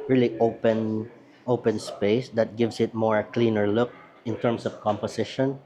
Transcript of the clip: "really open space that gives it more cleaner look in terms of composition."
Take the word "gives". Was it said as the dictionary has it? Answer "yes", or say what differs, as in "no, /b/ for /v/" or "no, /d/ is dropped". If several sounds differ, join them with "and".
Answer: no, /s/ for /z/